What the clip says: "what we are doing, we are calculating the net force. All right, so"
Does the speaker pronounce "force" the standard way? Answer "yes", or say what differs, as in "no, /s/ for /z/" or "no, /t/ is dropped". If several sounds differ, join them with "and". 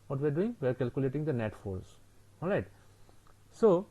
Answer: no, /l/ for /ɹ/